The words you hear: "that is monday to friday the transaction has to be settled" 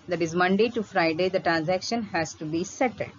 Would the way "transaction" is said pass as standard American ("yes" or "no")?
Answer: yes